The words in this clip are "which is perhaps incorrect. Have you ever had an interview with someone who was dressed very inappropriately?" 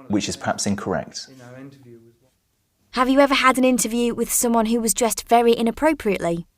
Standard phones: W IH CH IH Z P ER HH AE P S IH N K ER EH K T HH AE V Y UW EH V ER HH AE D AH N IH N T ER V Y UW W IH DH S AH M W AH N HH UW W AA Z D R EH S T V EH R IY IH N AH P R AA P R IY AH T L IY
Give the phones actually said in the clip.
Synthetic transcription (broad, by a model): W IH CH IH Z P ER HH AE P S IH N K ER EH K T HH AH V Y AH EH V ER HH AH D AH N IH N T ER V Y UW W IH DH S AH M W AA N HH UW W AA Z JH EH S T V EH R IY IH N AH P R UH P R IY AH T L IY